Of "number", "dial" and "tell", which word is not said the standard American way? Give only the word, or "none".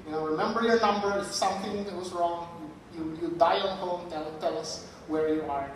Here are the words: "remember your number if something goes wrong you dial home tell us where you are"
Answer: dial